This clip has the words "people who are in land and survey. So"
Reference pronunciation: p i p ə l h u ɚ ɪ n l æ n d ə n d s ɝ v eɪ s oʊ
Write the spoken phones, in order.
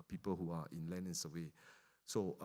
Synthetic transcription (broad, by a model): p i p ə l h u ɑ ɪ n l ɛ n ə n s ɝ w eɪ s oʊ